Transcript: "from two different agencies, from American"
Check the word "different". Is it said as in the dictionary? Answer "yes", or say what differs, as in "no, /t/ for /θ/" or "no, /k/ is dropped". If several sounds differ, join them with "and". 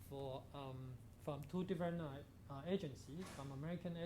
no, /t/ is dropped